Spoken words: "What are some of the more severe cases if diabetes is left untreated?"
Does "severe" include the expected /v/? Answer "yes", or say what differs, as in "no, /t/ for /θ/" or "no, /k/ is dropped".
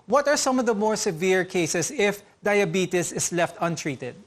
yes